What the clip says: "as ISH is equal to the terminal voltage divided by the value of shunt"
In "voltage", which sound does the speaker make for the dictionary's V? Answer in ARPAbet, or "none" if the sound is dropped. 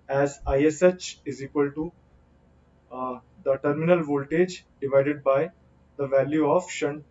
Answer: V